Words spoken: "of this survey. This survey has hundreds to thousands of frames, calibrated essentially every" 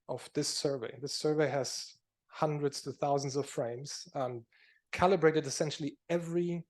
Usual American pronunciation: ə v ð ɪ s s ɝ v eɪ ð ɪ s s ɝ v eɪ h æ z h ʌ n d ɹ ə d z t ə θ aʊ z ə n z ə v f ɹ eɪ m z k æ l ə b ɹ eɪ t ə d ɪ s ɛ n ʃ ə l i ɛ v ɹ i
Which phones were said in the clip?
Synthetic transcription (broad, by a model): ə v ð ɪ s s ɝ v eɪ ð ɪ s s ɝ v eɪ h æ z h ʌ n d ɹ ə d z t ə θ aʊ z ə n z ə v f ɹ eɪ m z k æ l ə b ɹ eɪ t ə d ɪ s ɛ n ʃ l i ɛ v ɹ i